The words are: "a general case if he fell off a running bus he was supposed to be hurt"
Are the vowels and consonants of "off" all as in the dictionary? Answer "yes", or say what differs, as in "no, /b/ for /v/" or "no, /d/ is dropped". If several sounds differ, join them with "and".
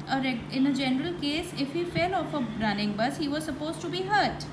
yes